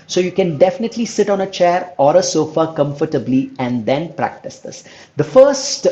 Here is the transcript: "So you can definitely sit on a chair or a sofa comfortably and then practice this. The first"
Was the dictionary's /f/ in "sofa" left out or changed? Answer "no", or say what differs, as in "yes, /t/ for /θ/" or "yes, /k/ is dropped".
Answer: no